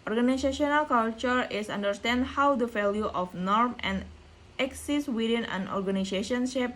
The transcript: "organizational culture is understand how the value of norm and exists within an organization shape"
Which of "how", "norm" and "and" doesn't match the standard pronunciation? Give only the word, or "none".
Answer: none